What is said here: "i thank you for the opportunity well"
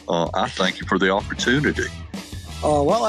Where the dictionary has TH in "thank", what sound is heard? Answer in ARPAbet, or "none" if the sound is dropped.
TH